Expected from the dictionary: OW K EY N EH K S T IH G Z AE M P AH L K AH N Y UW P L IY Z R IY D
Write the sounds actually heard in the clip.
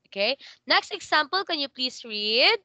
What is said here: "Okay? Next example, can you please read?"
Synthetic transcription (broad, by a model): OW K EY N EH K S T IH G S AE M P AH L K AH N Y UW P L IY S R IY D